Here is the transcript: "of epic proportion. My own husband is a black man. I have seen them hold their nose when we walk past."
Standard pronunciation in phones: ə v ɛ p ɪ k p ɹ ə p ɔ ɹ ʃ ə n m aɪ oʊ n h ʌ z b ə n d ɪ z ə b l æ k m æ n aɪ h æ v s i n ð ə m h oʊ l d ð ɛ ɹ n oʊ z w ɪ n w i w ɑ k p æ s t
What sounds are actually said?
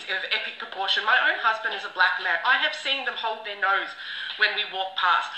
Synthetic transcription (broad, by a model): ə v ɛ p ɪ k p ɹ ə p ɔ ɹ ʃ ə n m aɪ oʊ n h ʌ z b ə n d ɪ z ə b l æ k m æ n aɪ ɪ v s i n ð ə m h oʊ l d ð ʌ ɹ n oʊ z w ɪ n w i w ɑ k p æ s t